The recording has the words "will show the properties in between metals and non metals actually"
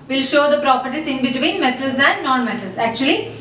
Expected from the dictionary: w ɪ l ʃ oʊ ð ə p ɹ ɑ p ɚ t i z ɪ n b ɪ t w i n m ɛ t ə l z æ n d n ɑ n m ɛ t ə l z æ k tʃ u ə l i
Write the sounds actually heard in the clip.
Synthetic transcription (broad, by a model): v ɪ l ʃ oʊ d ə p ɹ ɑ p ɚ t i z ɪ n b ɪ t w i n m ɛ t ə l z æ n d n ɑ n m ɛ t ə l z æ k tʃ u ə l i